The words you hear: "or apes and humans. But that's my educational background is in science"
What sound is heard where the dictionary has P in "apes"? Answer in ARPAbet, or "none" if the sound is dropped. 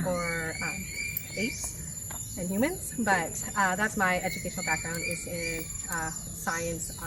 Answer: none